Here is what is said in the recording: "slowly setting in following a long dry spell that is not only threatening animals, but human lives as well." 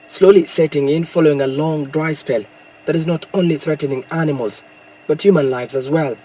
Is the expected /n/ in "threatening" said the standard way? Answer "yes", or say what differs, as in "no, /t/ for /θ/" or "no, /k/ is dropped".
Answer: yes